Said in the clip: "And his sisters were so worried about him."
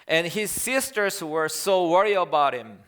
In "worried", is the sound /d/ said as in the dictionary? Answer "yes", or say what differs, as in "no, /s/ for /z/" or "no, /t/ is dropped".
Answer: no, /d/ is dropped